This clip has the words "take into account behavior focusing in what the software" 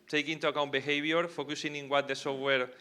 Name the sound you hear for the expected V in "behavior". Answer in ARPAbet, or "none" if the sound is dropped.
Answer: B